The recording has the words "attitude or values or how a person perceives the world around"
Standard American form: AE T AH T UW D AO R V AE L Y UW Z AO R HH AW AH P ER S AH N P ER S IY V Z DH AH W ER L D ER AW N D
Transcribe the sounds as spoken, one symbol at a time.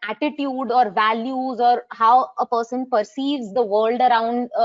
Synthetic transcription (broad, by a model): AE T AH T UW D AO R V AE L Y UW Z AO R HH AW AH P ER S AH N P ER S IY V Z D AH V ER L D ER AW N D